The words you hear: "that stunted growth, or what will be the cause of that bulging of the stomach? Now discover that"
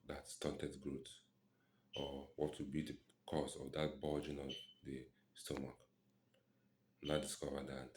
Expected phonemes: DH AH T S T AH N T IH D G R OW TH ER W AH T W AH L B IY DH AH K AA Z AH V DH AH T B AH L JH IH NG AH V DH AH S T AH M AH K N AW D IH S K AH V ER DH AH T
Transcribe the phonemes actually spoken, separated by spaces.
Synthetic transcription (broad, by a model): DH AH T S T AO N T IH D G R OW T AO W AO T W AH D B IY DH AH K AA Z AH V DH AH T B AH JH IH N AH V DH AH S T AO M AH K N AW D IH S K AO V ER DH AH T